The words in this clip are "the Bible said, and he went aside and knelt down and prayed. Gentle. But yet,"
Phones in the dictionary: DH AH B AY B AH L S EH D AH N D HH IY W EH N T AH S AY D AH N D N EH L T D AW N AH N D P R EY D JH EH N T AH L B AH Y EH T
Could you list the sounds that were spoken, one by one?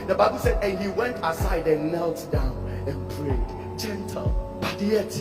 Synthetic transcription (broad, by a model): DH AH B AY B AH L S EH D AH N HH IY W EH N T AH S AY D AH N N EH L T D AW N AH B R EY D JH EH N T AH L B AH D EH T